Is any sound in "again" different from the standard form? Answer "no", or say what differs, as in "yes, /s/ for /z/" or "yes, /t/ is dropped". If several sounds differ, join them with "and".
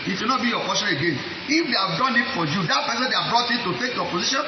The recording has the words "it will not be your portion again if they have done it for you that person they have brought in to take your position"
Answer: no